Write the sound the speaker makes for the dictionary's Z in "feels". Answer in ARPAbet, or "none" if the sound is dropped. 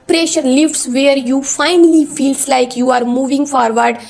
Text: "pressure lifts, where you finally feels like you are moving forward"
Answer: S